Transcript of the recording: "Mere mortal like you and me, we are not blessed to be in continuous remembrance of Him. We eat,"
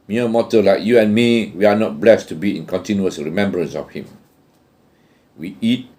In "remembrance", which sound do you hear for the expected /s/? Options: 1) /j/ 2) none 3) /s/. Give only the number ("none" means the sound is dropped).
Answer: 3